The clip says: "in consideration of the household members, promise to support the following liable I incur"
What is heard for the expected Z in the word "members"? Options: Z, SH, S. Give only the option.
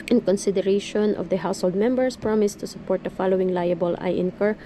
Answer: S